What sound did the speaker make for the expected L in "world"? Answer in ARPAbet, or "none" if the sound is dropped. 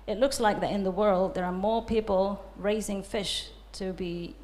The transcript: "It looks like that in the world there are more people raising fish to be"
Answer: L